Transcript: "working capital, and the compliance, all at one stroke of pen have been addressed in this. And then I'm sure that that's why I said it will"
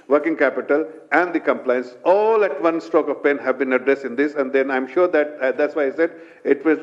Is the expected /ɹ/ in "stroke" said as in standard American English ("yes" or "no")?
no